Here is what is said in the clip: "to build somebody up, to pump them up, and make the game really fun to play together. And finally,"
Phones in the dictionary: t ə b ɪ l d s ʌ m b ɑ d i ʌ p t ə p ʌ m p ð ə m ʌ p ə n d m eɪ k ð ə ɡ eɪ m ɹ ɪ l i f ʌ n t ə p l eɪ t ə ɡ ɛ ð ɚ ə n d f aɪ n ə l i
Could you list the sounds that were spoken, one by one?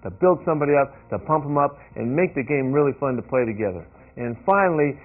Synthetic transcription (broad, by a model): t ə b ɪ l d s ʌ m b ɑ d i ʌ p t ə p ʌ m p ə m ʌ p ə n m eɪ k ð ə ɡ eɪ m ɹ ɪ l i f ʌ n t ə p l eɪ t ə ɡ ɛ ð ɚ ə n f aɪ n l i